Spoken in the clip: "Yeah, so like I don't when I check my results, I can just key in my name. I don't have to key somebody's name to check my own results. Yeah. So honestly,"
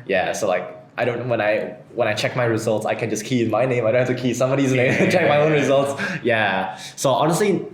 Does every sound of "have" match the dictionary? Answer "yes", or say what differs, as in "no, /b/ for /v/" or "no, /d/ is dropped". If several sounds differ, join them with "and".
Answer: no, /f/ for /v/